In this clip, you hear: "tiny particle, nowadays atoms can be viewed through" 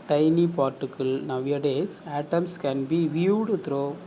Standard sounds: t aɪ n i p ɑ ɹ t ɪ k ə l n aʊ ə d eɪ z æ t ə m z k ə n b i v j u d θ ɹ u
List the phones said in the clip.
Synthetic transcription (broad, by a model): t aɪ n i p ɑ ɹ t ɪ k ə l n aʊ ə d eɪ s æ t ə m s k ə n b i v j u d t ɹ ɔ